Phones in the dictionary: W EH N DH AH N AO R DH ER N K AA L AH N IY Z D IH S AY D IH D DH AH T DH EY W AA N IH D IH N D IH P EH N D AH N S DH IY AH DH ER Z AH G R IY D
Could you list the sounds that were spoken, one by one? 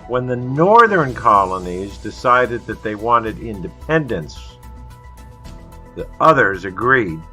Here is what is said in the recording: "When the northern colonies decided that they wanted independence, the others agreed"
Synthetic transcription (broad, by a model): W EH N DH AH N AO R DH ER N K AA L AH N IY Z D IH S AY D IH D DH AH T DH EY W AA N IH D IH N D IH P EH N D AH N S DH IY AH DH ER Z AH G R IY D